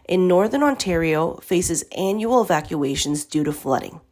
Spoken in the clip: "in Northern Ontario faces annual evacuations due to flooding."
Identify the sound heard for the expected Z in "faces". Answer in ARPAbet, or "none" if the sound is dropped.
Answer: Z